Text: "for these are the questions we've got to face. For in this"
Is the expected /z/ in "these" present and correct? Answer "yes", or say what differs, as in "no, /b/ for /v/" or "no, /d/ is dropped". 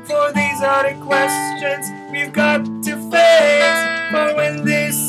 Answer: yes